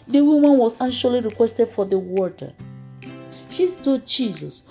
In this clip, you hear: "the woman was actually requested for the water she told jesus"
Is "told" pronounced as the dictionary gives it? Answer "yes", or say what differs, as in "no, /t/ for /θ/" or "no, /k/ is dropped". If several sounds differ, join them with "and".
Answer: no, /l/ is dropped